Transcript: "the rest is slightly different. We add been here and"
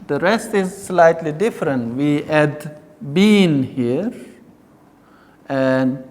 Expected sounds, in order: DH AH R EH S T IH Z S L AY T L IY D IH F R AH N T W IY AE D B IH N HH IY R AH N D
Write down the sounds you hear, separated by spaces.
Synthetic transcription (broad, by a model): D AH R EH S T IH Z S L AY T L IY D IH F R AH N T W IY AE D B IH N HH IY R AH N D